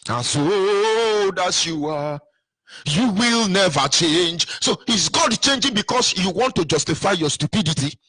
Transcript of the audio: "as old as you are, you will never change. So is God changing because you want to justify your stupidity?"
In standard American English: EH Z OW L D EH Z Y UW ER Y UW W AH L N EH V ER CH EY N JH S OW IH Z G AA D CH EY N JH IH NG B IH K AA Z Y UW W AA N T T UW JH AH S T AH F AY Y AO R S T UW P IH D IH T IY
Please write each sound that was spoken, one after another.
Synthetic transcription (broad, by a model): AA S OW D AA S Y UW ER Y UW W AH L N EH V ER CH EY N JH S OW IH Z G AA D CH EY N JH IH NG B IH K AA S Y UW W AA N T T UW JH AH S T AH F AY Y AO S T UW P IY D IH T IY